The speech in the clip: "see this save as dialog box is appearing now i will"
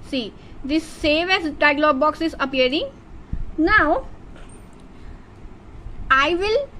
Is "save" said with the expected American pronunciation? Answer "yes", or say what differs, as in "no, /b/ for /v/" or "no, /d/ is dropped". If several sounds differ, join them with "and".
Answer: yes